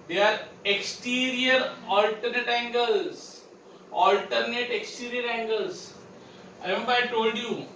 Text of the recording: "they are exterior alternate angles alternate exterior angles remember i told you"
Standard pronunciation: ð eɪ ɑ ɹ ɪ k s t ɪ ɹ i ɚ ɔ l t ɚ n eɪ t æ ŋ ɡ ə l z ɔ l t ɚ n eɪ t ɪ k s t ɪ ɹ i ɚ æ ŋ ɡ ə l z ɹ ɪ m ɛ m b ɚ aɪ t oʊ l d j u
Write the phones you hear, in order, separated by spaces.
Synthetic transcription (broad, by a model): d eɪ ɑ ɹ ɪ k s t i ɹ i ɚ ɔ l t ɚ n eɪ t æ ŋ ɡ ə l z ɔ l t ɚ n eɪ t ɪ k s t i ɹ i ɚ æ ŋ ɡ ə l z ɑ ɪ ɛ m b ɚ aɪ t oʊ l d j u